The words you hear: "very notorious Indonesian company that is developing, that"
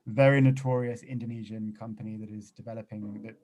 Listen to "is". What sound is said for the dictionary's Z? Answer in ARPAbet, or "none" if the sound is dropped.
Z